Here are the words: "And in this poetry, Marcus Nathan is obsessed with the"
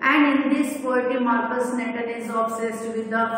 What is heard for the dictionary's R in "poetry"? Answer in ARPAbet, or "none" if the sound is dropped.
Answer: none